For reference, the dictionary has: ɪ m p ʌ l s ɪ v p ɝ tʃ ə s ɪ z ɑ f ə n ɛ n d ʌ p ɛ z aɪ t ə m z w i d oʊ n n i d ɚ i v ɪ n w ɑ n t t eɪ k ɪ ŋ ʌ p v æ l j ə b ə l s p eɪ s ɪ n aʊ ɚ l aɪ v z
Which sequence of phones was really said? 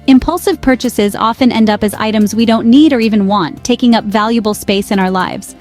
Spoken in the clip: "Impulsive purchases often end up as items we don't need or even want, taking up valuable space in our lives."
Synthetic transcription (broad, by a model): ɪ m p ʌ l s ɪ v p ɝ tʃ ə s ɪ z ɑ f ə n ɛ n d ʌ p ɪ z aɪ t ə m z w i d oʊ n n i d ɚ i v ɪ n w ɑ n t t eɪ k ɪ ŋ ʌ p v æ l j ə b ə l s p eɪ s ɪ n aʊ ɚ l aɪ v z